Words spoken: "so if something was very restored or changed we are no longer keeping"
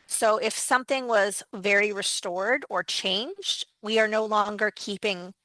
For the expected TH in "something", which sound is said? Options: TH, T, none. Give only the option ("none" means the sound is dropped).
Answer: TH